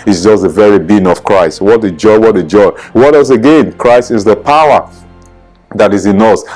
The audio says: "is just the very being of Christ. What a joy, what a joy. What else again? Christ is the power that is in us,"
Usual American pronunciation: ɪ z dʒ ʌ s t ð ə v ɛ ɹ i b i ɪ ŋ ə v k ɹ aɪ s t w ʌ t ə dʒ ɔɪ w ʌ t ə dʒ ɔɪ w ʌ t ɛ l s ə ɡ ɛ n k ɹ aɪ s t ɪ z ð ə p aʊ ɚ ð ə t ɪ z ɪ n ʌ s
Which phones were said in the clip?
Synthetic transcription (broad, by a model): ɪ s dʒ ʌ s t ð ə v ɛ ɹ i b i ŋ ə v k ɹ aɪ s t w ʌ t ə dʒ ɔɪ w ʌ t ə dʒ ɔɪ w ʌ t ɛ s ə ɡ ɛ n k ɹ aɪ s t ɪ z ð ə p aʊ ɚ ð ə t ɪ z ɪ n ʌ s